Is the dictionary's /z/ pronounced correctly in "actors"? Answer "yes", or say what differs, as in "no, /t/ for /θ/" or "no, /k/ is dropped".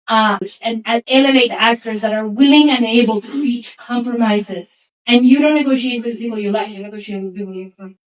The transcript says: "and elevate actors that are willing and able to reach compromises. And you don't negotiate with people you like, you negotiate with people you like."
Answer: yes